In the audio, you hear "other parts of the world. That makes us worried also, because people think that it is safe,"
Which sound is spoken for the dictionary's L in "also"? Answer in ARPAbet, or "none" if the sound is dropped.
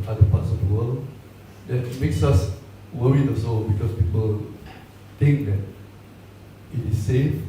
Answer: none